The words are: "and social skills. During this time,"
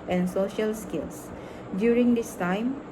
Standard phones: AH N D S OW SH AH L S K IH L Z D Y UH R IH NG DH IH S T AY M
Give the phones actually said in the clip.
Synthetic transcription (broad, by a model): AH N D S OW SH AH L S K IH L S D Y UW R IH NG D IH S T AY M